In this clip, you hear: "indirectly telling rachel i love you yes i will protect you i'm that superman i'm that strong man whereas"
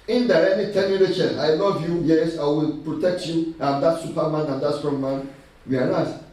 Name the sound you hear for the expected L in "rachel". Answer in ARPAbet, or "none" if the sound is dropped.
N